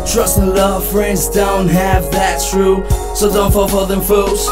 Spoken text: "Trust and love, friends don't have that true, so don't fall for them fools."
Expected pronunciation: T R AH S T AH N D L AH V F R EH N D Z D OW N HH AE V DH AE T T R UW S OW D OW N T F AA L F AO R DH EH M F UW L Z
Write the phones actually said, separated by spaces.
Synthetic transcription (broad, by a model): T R AH S T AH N L AH V F R EH N D Z D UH N HH AE V DH AE T T R UW S OW D OW N T F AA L F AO L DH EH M F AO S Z